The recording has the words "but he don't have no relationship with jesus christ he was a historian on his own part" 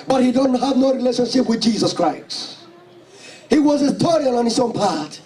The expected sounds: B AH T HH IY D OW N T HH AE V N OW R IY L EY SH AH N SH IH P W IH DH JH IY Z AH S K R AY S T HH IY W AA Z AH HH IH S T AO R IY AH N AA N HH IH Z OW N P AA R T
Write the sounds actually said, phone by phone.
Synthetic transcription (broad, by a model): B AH T HH IY D OW N T HH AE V N OW R IY L EY SH AH N SH IH P W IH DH JH IY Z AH S K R AY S HH IY W AA Z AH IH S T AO R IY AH L AA N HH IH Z OW N P AA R T